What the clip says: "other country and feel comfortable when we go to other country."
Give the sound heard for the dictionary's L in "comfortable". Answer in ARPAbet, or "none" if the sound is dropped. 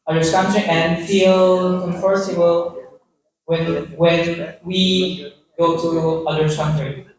N